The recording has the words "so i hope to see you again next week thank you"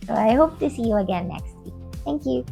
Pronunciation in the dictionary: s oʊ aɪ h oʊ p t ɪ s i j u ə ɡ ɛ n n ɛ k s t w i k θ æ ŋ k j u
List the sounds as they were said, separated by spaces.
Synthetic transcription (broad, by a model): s oʊ aɪ h oʊ p t ɪ s i j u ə ɡ ɛ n n ɛ k s t w i k θ æ ŋ k j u